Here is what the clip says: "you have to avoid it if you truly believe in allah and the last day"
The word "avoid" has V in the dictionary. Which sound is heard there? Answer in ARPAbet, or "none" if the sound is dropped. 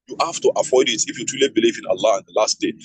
F